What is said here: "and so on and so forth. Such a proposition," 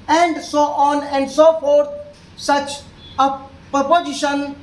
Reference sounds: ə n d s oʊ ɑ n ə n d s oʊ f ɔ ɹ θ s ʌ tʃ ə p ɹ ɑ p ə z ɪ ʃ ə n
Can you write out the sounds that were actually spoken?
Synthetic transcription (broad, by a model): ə n d s oʊ ɑ n ə n d s oʊ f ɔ ɹ t s ʌ tʃ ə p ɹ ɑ p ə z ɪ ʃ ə n